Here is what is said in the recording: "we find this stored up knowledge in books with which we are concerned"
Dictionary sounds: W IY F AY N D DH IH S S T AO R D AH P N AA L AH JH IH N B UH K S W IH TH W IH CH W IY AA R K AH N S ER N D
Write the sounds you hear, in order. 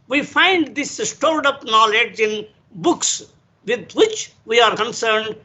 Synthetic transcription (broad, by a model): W IY F AY N D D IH S S T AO L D AH P N AA L AH JH IH N B UH K S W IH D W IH CH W IY AA R K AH N S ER N D